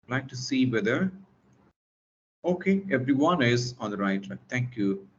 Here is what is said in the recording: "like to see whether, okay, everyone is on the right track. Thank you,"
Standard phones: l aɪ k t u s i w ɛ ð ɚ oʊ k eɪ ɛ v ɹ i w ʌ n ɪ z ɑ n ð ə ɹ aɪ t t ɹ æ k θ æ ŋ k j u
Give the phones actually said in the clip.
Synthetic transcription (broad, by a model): l aɪ k t u s i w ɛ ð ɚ oʊ k eɪ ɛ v ɹ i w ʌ n ɪ z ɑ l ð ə ɹ aɪ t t ɑ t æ ŋ k j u